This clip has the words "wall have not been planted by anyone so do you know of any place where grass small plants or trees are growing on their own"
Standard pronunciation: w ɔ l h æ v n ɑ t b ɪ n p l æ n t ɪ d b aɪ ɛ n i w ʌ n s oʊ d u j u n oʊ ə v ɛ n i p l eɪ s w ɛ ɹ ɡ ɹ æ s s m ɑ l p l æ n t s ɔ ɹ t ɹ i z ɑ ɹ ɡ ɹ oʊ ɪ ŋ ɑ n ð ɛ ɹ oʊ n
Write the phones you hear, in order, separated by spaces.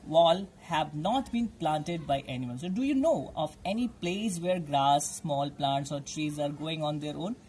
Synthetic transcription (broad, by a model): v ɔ l h æ v n ɑ t b ɪ n p l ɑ n t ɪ d b aɪ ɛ n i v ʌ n s oʊ d u j u n oʊ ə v ɛ n i p l eɪ s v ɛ ɹ ɡ ɹ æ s s m ɑ l p l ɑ n t s ɔ ɹ t ɹ i z ɑ ɹ ɡ oʊ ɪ ŋ ɑ n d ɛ ɹ oʊ n